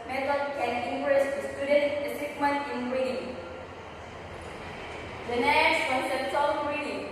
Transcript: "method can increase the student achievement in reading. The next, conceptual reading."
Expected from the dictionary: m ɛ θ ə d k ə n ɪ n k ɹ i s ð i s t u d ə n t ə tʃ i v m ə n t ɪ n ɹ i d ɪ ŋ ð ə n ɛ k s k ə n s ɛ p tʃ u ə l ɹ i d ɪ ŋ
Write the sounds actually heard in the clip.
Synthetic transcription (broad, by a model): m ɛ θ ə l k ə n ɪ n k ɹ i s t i s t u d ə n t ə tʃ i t m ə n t ɪ n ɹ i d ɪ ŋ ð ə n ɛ s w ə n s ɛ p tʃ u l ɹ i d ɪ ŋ